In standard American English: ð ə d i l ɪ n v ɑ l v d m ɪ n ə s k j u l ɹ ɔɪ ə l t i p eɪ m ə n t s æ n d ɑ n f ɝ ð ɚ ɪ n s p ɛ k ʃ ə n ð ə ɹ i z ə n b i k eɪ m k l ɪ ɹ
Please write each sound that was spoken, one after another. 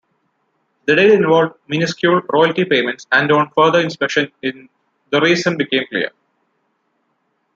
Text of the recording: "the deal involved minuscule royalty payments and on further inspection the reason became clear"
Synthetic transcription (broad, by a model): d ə d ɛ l ɪ n v ɑ l v d m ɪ n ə s k j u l ɹ ɔɪ ə l t i p eɪ m ə n t s æ n d ɑ n f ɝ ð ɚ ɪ n s p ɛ k ʃ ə n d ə ɹ i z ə n b i k eɪ m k l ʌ ɹ